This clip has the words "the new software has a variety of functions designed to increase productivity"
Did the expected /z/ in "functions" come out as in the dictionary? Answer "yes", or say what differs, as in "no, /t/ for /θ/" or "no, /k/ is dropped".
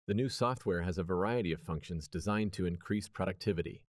yes